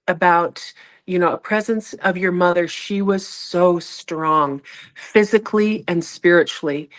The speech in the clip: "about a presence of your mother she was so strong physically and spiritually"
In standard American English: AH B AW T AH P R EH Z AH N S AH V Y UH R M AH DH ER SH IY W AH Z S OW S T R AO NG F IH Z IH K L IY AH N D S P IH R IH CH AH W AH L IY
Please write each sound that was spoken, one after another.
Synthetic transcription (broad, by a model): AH B AW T AH P R EH Z AH N S AH V Y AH R M AH DH ER SH IY W AH Z S OW S T R AO NG F IH Z IH K L IY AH N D S P IH R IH CH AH L IY